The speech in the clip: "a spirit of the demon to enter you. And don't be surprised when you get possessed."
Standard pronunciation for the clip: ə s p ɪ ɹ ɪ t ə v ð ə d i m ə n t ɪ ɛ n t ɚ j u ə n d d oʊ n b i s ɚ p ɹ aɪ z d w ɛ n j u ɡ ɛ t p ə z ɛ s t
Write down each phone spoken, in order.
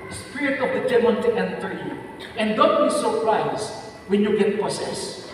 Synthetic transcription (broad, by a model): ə s p ɪ ɹ ɪ t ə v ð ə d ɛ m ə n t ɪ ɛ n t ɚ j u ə n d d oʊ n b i s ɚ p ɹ aɪ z w ɛ n j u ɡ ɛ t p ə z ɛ s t